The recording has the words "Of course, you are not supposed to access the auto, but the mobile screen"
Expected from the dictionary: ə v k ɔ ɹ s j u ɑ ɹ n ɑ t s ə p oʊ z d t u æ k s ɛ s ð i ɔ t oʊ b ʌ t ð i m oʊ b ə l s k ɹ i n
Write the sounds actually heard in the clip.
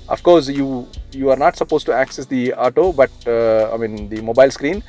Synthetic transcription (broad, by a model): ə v k ɔ ɹ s j u ɑ ɹ n ɑ t s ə p oʊ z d t u æ k s ɛ s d i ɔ t oʊ b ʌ t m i m oʊ b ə l s k ɹ i n